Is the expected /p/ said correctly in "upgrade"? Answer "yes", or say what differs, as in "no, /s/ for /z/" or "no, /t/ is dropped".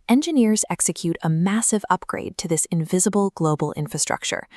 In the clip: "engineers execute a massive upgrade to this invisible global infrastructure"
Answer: yes